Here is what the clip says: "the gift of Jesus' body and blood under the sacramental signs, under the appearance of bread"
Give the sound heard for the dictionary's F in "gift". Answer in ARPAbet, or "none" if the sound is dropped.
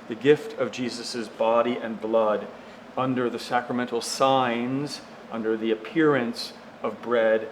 F